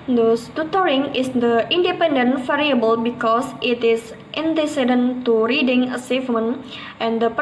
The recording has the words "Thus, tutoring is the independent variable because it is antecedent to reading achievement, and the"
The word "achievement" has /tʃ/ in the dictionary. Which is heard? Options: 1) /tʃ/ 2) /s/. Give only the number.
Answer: 2